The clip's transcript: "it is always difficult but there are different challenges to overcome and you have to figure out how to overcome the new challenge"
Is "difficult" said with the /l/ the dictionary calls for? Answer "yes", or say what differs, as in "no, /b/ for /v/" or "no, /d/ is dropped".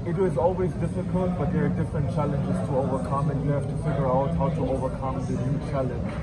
yes